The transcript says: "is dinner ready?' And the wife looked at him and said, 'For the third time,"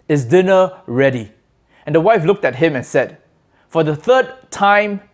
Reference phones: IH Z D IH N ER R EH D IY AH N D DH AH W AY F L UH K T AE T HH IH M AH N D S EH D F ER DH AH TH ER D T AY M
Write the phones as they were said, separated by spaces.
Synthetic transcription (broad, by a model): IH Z D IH N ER R EH D IY AH N D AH W AY F L UH K T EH T HH IH M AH N S EH D F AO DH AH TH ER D T AY M